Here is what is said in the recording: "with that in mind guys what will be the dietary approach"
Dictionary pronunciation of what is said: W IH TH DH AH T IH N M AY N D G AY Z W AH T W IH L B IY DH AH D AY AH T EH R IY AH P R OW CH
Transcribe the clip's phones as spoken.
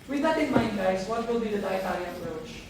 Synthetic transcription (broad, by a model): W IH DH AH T IH N M AY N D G AY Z W AH T W IH L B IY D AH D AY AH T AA L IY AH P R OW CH